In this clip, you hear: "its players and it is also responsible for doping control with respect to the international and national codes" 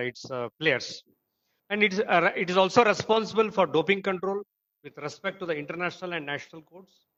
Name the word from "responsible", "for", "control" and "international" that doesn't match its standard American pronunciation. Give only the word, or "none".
none